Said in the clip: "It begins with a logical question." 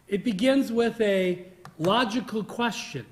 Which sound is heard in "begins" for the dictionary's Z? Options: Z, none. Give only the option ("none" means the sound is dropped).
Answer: Z